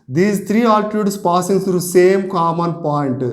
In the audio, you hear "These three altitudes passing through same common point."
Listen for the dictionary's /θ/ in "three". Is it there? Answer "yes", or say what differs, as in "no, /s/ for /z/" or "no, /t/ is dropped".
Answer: no, /t/ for /θ/